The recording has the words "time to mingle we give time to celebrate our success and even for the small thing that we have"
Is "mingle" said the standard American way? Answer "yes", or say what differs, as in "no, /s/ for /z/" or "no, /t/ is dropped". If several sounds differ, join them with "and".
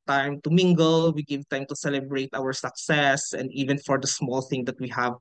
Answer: yes